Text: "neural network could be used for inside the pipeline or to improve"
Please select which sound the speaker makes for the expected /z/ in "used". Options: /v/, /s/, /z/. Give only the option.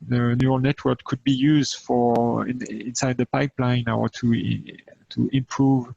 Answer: /z/